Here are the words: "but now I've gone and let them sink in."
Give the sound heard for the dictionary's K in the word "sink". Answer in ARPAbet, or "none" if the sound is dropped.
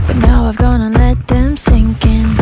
K